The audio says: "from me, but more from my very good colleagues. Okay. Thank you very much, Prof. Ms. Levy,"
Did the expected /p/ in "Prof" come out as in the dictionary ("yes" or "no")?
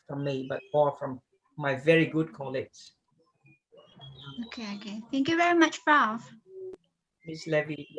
no